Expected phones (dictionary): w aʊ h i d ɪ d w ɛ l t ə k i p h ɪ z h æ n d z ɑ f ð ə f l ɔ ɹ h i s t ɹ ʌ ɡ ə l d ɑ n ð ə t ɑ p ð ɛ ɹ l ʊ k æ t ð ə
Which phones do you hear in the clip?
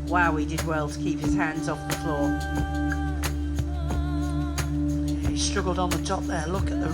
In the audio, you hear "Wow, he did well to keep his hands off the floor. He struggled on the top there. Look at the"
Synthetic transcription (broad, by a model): w aʊ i d ɪ d w ɛ l t ə k i p h ɪ z h æ n d z ɑ f ð ə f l ɔ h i s t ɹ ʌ ɡ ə l d n ð ə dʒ ɑ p ð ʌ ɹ l ʊ k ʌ t ð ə